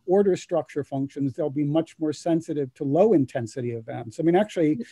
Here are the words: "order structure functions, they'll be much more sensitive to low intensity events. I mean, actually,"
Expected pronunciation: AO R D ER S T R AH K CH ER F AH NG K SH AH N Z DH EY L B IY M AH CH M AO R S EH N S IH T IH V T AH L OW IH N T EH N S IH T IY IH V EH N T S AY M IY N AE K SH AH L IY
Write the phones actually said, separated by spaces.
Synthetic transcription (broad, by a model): AO R D ER S T R AH K CH ER F AH NG K SH AH N Z DH EY L B IY M AH CH M AO R S EH N S IH T IH V T AH L OW IH N T EH N S IH T IY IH V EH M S AY M IY N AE K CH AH L IY